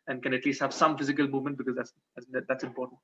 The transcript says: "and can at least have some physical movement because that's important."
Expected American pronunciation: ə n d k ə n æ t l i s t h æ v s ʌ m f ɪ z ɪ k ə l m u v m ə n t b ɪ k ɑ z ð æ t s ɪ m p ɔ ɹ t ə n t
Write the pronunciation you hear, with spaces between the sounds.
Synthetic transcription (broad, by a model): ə n k ə n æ t l i s t h æ v s ʌ m f ɪ z ɪ k ə l m u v m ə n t b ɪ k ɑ z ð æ t s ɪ m p ɔ ɹ t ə n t